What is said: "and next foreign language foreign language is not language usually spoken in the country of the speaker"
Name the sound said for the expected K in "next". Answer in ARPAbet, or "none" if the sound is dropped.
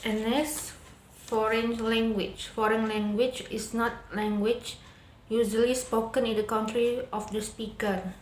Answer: none